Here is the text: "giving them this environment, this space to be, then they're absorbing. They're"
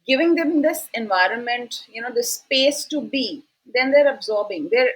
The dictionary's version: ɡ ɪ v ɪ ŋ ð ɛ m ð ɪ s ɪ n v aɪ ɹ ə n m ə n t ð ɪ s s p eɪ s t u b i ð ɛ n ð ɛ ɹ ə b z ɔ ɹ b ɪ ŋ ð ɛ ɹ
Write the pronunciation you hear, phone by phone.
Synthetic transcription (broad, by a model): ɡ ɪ v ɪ ŋ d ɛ m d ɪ s ɪ n v aɪ ɹ ə n m ə n t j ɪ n s p eɪ s t u b i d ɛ n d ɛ ɹ ə b z ɔ ɹ b ɪ ŋ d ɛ ɹ